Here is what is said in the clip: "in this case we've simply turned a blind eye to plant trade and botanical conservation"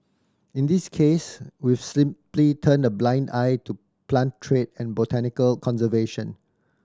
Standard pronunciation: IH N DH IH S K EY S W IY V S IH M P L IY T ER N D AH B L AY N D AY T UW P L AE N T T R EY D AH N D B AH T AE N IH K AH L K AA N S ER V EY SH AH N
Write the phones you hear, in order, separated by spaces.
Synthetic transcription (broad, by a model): IH N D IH S K EY S W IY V S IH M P L IY T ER N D AH B L AY N D AY T UW P L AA N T T R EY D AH N B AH T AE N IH K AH L K AA N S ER V EY SH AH N